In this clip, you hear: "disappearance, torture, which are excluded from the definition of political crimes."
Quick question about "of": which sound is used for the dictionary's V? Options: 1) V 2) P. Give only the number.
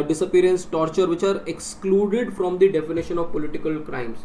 1